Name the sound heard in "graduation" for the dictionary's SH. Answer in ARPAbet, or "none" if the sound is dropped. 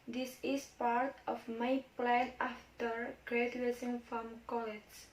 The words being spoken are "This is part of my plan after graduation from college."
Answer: S